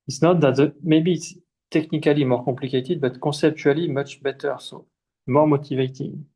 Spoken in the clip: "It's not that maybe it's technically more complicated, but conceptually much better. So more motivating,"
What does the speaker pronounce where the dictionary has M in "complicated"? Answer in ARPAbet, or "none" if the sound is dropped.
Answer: none